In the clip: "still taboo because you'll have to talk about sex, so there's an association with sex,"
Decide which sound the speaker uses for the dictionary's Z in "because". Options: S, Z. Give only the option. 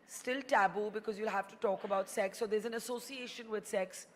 Z